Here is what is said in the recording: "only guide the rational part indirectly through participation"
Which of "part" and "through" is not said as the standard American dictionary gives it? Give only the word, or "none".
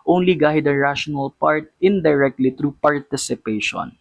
through